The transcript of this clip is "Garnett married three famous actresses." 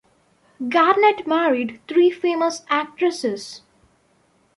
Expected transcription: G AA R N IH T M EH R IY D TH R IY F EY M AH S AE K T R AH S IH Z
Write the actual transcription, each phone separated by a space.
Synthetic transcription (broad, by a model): G AA R N IH T M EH R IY D T R IY F EY M AH S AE K T R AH S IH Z